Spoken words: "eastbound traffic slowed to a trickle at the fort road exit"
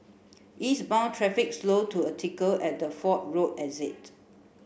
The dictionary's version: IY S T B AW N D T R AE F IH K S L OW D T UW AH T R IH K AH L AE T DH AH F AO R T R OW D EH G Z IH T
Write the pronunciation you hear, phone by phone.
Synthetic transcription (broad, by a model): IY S B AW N T R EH F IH K S L OW T UW AH T IH K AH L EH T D AH F AO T R OW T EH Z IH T